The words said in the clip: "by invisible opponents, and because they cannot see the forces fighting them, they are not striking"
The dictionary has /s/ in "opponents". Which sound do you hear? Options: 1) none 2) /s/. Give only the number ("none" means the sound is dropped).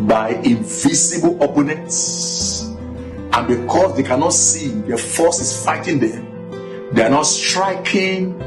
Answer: 2